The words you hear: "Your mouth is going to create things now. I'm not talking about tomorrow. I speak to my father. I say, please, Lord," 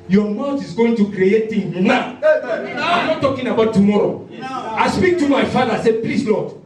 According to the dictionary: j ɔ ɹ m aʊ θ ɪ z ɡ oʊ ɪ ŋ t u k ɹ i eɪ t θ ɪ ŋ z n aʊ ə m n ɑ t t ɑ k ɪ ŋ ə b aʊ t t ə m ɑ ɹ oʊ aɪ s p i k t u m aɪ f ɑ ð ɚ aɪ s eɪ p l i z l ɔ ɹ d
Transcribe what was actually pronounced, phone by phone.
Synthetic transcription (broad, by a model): j ɔ m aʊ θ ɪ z ɡ oʊ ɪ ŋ t u k ɹ i eɪ t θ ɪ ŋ n aʊ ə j n ɑ t t ɑ k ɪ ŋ ə b aʊ t t ə m ɑ ɹ oʊ aɪ s p i k t u m aɪ f ɑ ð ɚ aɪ s eɪ p l i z l ɔ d